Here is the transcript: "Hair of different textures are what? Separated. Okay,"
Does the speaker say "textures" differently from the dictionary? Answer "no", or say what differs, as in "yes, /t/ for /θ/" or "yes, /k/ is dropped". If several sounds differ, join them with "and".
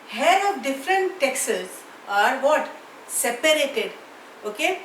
yes, /tʃ/ is dropped